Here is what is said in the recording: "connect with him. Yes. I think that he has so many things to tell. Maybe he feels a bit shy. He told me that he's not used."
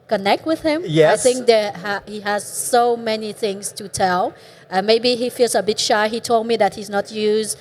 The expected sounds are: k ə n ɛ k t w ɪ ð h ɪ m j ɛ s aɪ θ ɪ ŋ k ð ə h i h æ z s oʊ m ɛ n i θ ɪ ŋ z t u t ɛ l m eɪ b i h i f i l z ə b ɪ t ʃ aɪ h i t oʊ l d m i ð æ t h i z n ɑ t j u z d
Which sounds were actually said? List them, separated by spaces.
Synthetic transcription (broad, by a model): k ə n ɛ k t w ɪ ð h ɪ m j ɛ aɪ θ ɪ ŋ k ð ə h i h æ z s oʊ m ɛ n i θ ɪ ŋ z t u t ɛ l m eɪ b i h i f i l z ə b ɪ t ʃ aɪ h i t oʊ l d m i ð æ t h i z n ɑ t j u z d